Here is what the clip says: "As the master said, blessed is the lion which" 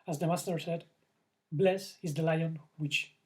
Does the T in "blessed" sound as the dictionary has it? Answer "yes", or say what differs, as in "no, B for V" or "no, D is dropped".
no, T is dropped